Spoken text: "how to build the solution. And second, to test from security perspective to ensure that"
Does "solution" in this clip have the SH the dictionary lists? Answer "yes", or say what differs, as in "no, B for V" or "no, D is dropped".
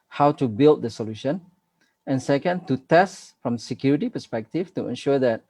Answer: yes